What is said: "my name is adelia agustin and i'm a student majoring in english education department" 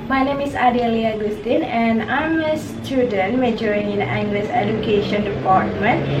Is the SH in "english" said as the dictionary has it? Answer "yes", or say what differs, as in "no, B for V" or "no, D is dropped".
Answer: no, S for SH